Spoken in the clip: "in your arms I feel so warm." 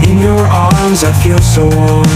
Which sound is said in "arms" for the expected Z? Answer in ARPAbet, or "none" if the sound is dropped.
Z